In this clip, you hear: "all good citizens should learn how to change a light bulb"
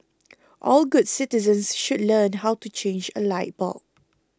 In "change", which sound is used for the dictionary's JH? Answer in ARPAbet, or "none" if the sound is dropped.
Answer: JH